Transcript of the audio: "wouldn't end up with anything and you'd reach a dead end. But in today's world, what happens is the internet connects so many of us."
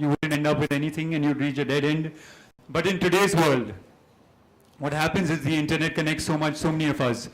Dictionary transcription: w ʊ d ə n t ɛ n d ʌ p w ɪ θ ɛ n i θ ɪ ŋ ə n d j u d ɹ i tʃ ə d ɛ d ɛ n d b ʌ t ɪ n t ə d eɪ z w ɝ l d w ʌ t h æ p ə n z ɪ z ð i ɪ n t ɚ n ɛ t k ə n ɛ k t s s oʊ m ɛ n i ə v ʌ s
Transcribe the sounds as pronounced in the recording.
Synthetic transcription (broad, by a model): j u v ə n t ɛ n d ʌ p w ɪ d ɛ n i t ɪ ŋ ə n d j u d ɹ i tʃ ə d ɛ d ɛ n d b ʌ t ɪ n t ə d eɪ z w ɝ l d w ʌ t h æ p ə n z ɪ z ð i ɪ n t ɚ n ɛ t k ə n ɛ k t s s oʊ m ɛ n i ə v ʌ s